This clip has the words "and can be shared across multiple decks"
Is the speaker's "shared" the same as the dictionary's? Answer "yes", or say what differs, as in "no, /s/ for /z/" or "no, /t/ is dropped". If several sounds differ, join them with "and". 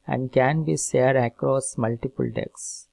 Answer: no, /s/ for /ʃ/